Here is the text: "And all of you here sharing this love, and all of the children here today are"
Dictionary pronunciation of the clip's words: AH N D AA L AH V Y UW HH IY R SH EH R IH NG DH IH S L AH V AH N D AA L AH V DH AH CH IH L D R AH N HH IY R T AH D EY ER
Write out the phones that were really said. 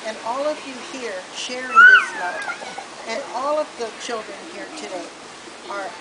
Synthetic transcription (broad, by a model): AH N AA L AH V Y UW HH IY R SH EH R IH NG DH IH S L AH AH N AA L AH V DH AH CH IH L D R AH N HH IY R T AH D EY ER